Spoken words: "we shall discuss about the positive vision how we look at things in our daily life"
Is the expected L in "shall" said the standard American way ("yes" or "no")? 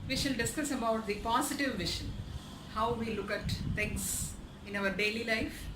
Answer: no